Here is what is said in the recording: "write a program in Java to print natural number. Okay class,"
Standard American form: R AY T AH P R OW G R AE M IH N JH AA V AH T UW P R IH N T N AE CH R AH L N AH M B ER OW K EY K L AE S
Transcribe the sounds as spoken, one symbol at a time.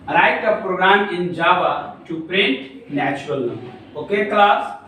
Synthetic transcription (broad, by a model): R AY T AH P R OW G R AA M IH N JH AA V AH T UW P R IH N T N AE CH AH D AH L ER OW K EY K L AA S